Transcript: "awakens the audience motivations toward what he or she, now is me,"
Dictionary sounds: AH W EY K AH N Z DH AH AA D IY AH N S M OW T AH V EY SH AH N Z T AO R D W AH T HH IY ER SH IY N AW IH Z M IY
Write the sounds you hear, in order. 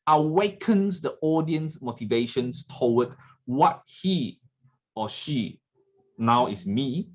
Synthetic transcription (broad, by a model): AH W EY K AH N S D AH AA D IY AH N S M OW T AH V EY SH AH N S T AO W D W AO T HH IY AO SH IY N AW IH S M IY